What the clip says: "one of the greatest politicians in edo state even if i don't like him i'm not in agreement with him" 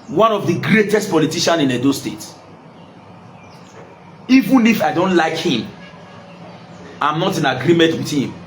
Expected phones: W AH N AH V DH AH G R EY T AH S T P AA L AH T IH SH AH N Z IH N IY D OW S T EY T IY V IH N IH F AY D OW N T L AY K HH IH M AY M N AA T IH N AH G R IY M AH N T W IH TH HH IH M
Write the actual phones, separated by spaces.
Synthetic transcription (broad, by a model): W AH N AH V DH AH G R EY T AH S T P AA L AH T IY SH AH N IH N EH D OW S T EY T IY V IH N IH F AY D OW N T L AY K HH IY M AY M N AA T IH N AH G R IY M AH N T W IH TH HH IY M